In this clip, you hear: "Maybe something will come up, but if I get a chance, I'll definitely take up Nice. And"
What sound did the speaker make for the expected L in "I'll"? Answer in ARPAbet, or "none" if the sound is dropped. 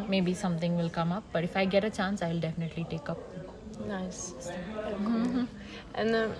L